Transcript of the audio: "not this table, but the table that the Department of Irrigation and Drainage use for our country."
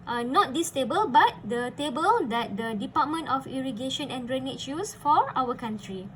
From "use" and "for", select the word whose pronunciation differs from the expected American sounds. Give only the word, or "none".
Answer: none